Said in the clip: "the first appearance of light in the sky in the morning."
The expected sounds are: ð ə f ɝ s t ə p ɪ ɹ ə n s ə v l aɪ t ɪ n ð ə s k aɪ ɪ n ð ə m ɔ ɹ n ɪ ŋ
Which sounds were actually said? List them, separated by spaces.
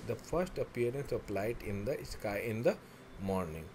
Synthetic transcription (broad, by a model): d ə f ɝ s t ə p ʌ ɹ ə n s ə p l aɪ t ɪ n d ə s k aɪ ɪ n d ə m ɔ ɹ n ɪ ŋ